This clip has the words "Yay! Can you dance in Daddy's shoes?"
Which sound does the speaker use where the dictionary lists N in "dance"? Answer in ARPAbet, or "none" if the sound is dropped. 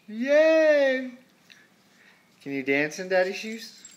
N